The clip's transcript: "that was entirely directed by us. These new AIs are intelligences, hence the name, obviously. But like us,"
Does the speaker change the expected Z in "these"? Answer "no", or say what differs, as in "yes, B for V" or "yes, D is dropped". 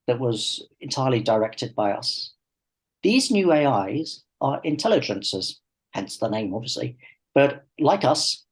no